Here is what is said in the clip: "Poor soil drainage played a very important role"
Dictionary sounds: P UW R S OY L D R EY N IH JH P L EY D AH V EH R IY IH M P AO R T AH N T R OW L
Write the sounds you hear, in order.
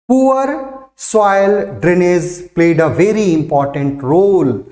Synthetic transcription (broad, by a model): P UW R S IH L D R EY N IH Z P L EY D AH V EH R IY IH M P AO R T AH N T R OW L